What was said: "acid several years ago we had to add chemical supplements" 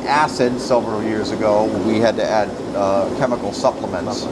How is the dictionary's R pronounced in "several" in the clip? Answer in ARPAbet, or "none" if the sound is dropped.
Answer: none